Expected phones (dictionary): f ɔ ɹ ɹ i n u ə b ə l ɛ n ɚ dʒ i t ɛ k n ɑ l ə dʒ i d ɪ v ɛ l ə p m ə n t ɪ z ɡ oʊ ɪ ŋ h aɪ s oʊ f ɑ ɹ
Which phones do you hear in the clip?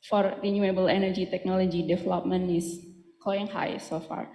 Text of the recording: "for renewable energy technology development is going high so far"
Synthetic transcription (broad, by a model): f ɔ ɹ ɹ i n u ə b ə l ɛ n ɚ dʒ i t ɛ k n ɑ l ə dʒ i d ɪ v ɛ l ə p m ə n ɪ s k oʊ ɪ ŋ h aɪ s oʊ f ɑ ɹ